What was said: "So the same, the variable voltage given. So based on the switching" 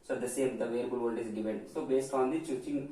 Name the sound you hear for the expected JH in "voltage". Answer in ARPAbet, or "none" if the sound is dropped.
Z